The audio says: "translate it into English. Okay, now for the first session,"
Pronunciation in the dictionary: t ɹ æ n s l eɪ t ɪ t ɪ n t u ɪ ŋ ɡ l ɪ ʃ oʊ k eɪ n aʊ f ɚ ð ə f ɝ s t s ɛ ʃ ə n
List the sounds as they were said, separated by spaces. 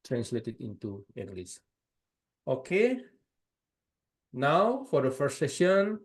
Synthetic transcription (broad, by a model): t ɹ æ n s l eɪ t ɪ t ɪ n t u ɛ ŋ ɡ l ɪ s oʊ k eɪ n aʊ f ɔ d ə f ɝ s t s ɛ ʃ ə n